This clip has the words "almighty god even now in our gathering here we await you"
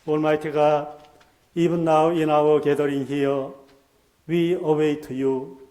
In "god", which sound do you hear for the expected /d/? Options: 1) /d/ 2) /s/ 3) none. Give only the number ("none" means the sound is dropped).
3